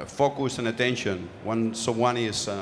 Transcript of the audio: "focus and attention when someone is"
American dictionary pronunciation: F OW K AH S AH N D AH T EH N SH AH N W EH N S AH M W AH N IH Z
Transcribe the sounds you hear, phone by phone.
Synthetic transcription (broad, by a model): F OW K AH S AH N AH T EH N SH AH N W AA N S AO W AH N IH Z